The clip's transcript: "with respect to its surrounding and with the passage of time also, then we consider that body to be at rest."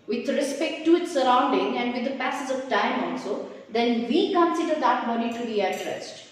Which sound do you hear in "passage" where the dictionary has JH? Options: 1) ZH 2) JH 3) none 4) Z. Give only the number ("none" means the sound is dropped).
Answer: 4